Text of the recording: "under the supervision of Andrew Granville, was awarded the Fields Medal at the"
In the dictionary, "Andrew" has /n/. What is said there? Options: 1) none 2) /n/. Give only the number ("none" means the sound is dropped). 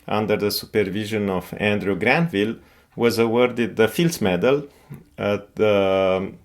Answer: 2